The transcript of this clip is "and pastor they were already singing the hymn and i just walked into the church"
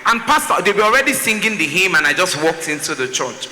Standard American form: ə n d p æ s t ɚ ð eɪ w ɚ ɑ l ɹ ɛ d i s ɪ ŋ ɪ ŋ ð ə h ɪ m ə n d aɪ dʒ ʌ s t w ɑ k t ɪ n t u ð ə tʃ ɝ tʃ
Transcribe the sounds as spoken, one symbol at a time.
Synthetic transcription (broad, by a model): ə n p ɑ s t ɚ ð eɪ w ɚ ɑ l ɹ ɛ d i s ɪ ŋ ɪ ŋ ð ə h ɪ m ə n aɪ dʒ ʌ s t w ɑ k t ɪ n t u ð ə tʃ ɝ tʃ